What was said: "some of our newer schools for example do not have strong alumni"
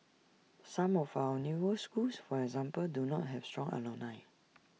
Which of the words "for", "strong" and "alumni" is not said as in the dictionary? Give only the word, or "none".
alumni